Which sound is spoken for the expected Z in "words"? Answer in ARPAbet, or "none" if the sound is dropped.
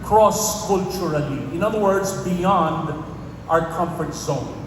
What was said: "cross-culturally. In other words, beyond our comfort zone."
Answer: Z